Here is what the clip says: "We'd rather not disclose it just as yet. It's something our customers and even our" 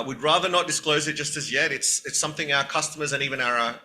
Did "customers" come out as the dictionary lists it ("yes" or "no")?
yes